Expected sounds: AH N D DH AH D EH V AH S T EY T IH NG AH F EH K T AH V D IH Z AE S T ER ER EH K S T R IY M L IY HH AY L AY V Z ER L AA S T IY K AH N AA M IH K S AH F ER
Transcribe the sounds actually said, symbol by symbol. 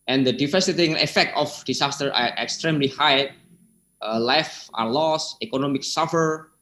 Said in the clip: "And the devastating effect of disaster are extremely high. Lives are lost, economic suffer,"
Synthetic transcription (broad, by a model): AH N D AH D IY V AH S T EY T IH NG AH F EH K T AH F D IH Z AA S T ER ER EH K S T R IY M L IY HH AY L AY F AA L AA S IY K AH N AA M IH K S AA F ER